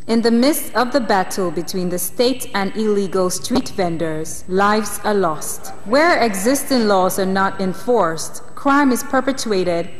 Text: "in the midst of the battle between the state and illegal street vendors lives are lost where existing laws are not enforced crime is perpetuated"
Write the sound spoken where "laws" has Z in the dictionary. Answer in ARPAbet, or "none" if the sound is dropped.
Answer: Z